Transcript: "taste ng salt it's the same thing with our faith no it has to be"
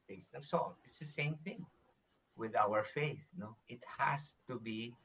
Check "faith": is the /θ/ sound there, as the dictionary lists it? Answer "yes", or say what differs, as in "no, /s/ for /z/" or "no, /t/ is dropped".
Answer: yes